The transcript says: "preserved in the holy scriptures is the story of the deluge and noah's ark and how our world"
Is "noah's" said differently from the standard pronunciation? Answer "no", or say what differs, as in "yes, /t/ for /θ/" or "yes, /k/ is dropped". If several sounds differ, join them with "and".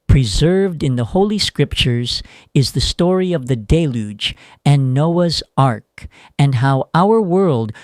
no